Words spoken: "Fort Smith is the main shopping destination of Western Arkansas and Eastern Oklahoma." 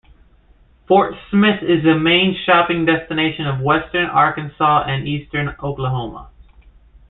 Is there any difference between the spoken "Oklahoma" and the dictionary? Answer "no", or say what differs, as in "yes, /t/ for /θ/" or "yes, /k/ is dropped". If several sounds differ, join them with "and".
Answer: no